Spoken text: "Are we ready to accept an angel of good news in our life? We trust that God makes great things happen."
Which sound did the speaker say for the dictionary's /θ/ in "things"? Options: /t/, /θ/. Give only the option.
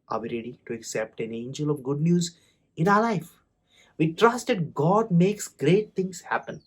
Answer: /t/